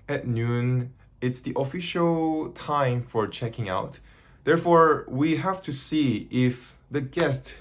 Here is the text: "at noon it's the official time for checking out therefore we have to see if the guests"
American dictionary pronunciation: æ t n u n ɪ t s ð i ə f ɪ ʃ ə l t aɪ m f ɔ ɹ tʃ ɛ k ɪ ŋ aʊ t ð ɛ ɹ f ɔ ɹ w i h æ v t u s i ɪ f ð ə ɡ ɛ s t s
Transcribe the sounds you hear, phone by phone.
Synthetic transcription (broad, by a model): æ t n u n ɪ t s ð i ə f ɪ ʃ ə l t aɪ m f ɔ ɹ tʃ ɛ k ɪ ŋ aʊ t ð ɛ ɹ f ɔ ɹ w i h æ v t u s i ɪ f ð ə ɡ ɛ s t